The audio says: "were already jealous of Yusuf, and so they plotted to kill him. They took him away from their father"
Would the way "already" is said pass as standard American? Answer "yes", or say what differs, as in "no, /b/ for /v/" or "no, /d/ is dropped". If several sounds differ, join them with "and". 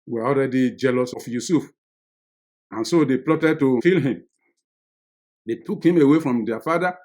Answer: no, /l/ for /ɹ/